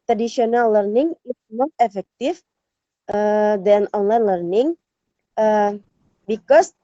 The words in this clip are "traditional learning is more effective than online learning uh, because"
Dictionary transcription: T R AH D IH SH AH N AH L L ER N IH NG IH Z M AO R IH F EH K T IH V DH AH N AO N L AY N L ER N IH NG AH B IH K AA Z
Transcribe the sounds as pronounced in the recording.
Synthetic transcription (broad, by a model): T R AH D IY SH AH N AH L L ER N IH NG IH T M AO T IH F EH K T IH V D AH N AO N L AY N L ER N IH NG AH B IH K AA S